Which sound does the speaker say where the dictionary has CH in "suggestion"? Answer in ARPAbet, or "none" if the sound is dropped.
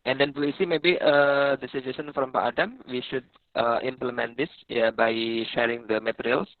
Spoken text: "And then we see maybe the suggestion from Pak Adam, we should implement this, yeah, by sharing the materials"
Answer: none